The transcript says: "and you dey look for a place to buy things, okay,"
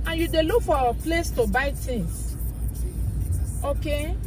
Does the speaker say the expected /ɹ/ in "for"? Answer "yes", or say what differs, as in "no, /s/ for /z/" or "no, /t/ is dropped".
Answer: no, /w/ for /ɹ/